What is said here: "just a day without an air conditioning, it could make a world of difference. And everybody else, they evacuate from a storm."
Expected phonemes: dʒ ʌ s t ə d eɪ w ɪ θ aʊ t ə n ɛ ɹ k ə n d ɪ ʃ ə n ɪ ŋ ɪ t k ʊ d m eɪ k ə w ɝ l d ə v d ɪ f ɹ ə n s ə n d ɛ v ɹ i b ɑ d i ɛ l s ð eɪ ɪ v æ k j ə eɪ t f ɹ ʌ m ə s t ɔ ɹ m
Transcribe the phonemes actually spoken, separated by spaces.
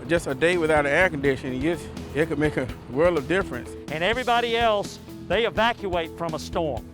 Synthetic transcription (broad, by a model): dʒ ʌ s t ə d eɪ w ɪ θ aʊ t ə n ɛ ɹ k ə n d ɪ ʃ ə n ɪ ɪ t k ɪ d m eɪ k ə w ɝ l d ə v d ɪ f ɹ ə n s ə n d ɛ v ɹ i b ɑ d i ɛ l s ð eɪ ɪ v æ k j ə eɪ t f ɹ ʌ m ə s t ɔ ɹ m